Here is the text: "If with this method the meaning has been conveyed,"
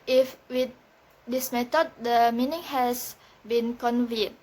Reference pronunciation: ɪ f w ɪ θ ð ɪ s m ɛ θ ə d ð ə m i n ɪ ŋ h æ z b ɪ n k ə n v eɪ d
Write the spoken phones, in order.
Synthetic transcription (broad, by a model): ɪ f w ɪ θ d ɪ s m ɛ t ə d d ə m i n ɪ ŋ h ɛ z b ɪ n k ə n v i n